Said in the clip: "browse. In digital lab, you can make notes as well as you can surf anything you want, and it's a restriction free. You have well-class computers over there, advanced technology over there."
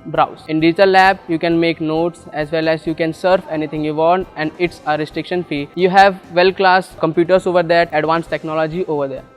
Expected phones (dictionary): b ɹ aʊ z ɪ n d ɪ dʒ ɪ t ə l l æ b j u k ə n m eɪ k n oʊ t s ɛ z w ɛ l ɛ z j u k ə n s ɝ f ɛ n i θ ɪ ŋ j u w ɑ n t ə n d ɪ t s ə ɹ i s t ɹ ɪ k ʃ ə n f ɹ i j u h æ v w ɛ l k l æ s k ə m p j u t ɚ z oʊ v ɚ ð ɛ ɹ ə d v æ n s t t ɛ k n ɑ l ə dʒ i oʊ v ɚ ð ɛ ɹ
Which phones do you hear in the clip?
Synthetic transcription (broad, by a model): b ɹ aʊ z ɪ n d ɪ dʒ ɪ t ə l l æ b j u k ə n m eɪ k n oʊ t s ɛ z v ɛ l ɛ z j u k ə n s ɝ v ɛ n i t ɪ ŋ j u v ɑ n t ə n d ɪ t s ə ɹ i s t ɹ ɪ k ʃ ə n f i j u h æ v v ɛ l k l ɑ s k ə m p j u t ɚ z oʊ v ɚ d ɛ ɹ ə d v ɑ n s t t ɛ k n ɑ l ə dʒ i oʊ v ɚ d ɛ ɹ